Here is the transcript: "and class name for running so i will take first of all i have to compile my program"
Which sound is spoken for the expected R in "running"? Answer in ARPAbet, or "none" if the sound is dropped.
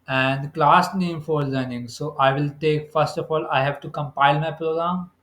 L